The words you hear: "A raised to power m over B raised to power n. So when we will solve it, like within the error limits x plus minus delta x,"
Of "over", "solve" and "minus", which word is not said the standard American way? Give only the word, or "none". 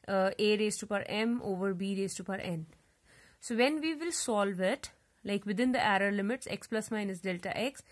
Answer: none